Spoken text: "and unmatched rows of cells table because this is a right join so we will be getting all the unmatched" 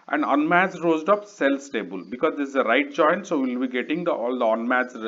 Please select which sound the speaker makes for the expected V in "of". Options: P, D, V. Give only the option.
P